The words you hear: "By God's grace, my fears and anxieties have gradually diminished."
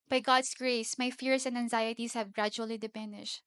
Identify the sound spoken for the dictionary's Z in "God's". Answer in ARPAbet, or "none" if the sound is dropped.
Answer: S